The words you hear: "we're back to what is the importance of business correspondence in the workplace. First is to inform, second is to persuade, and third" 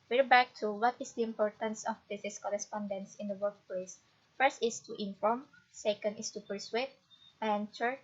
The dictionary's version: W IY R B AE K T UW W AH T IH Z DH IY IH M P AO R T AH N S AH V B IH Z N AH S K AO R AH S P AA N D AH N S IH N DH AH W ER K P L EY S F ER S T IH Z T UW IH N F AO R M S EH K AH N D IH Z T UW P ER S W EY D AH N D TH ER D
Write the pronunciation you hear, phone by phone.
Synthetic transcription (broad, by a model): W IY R B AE K T UW W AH T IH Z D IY IH M P AO R T AH N S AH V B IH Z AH S K AO R AH S P AA N D AH N S IH N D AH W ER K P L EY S F ER S T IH S T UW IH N F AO R M S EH K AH N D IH S T UW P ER S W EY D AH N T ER